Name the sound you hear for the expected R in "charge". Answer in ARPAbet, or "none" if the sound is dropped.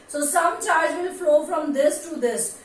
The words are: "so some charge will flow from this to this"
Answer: L